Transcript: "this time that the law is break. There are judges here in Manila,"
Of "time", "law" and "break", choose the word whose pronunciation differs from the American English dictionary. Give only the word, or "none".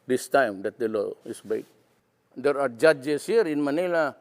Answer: break